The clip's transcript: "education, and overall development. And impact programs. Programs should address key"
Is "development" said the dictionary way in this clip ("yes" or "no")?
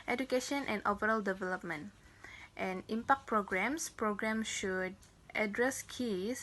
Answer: yes